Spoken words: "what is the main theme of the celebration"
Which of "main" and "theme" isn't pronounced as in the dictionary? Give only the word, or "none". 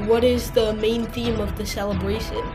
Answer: none